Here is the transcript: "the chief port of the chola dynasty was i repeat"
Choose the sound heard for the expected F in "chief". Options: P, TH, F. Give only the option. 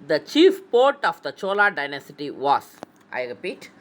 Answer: F